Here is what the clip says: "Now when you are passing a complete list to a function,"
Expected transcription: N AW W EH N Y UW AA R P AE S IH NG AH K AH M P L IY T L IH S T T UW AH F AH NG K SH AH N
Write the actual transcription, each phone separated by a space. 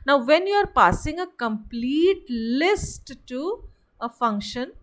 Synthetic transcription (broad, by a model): N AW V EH N Y UW AA R P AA S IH NG AH K AH M P L IY T L IH S T T UW AH F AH NG K SH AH N